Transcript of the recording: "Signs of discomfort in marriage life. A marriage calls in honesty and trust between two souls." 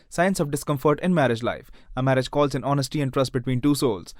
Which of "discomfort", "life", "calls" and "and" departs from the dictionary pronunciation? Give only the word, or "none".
none